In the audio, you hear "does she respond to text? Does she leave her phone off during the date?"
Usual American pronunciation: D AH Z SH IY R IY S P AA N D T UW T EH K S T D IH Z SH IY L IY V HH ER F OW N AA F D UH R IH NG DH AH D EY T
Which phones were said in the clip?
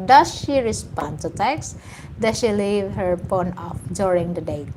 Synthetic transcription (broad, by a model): D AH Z SH IY R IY S P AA N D T UW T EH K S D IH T SH IY L IY V HH ER P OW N AA F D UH R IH NG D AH D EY